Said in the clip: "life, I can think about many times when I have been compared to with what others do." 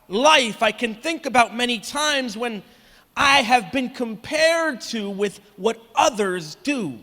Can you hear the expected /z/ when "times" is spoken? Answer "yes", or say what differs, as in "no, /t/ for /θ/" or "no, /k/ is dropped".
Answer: yes